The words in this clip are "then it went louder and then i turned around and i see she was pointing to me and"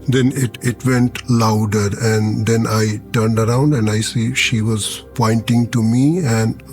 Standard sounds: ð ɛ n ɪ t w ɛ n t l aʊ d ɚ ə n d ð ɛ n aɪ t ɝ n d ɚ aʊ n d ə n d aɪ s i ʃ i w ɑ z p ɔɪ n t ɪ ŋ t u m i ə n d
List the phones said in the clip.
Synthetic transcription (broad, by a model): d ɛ n ɪ t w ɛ n t l aʊ d ɚ ə n d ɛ n aɪ t ɝ n d ɚ aʊ n d ə n d aɪ s i ʃ i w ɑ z p ɔɪ n t ɪ ŋ t u m i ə n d